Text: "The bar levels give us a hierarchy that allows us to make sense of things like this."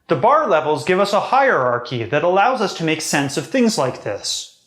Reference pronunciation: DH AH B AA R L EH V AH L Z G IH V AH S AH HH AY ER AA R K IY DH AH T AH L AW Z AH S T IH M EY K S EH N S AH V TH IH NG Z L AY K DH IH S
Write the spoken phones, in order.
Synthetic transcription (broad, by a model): DH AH B AA R L EH V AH L Z G IH V AH S AH HH AY ER AA R K IY DH AH T AH L AW Z AH S T IH M EY K S EH N S AH V TH IH NG Z L AY K DH IH S